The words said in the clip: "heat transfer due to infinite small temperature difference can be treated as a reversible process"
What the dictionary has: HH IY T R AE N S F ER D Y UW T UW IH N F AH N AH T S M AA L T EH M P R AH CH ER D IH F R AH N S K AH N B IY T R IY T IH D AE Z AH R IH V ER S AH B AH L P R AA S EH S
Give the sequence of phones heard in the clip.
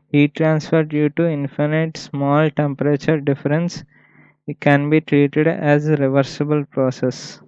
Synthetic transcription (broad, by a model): HH IY T R AE N S F ER D Y UW T UW IH N F AH N AH T S M AA L T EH M P R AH CH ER D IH F R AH N S K AH N B IY T R IY T IH D AE Z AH R IH V ER S AH B AH L P R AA S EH S